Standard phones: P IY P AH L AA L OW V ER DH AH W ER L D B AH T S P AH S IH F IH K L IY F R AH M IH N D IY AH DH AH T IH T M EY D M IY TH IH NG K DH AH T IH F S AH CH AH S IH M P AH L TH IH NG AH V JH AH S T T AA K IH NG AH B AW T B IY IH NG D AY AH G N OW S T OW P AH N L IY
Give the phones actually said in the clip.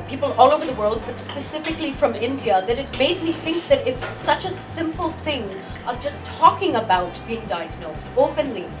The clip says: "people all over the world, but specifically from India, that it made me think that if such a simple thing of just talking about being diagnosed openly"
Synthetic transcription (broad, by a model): P IY P L AA L OW V ER DH AH W ER L D B AH T S P AH S IH F IH K L IY F R AH M IH N D IY AH DH AH T IH T M EY D M IY TH IH NG K DH AH T IH F S AH CH AH S IH M P L TH IH NG AH V JH AH S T T AA K IH NG AH B AW T B IY IH NG D AY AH G N OW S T OW P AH N L IY